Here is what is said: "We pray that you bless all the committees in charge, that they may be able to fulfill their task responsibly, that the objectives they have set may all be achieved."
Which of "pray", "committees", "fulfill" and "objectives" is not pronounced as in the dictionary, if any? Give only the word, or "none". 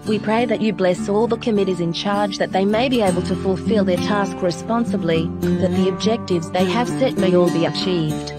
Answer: none